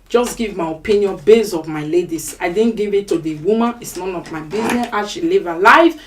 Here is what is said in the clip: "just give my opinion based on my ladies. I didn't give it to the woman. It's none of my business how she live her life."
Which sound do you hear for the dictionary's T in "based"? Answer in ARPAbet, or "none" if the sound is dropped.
none